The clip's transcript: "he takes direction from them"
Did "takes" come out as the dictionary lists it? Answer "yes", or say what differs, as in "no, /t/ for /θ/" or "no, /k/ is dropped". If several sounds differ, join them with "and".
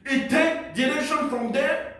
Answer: no, /s/ is dropped